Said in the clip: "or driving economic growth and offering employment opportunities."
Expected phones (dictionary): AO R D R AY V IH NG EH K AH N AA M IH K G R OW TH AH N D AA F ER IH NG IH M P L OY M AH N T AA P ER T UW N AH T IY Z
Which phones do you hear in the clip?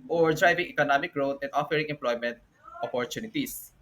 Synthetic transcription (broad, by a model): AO R D R AY V IH NG EH K AH N AA M IH K G R OW T AH N D AA F ER IH NG IH M P L OY M AH N T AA P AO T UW N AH T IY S